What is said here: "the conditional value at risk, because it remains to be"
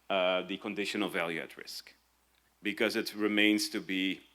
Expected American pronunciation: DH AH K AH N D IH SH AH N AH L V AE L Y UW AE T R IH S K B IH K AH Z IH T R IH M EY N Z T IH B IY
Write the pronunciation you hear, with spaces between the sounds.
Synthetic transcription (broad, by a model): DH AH K AH N D IH SH AH N AH L V AE L Y UW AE T R IH S K B IH K AH Z IH T R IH M EY N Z T IH B IY